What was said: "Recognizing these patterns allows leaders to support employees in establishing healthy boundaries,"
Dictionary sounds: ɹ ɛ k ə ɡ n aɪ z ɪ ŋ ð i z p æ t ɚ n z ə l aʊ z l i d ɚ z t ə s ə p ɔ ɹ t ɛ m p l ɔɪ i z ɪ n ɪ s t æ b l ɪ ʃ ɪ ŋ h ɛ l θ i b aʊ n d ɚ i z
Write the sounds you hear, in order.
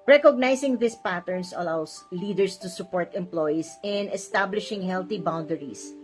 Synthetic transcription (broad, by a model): ɹ ɛ k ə ɡ n aɪ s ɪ ŋ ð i s p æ t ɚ n s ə l aʊ s l i d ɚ s t ə s ə p ɔ ɹ t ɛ m p l ɔɪ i s ɪ n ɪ s t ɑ b l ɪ ʃ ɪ ŋ h ɛ l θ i b aʊ n d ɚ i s